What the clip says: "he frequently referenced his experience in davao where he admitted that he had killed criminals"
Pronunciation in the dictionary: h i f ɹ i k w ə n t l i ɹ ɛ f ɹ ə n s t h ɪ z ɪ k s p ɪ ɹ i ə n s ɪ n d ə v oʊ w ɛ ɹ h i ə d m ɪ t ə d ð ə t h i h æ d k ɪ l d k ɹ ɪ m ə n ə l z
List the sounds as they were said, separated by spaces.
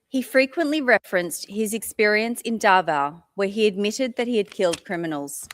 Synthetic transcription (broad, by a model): h i f ɹ i k w ə n t l i ɹ ɛ f ɹ ə n s t h ɪ z ɪ k s p ɪ ɹ i ə n s ɪ n d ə v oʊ w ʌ ɹ i ə d m ɪ t ə d ð ə t h i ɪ d k ɪ l d k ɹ ɪ m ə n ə l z